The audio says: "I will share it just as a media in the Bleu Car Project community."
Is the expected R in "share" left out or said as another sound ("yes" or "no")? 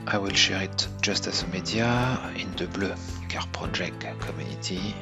no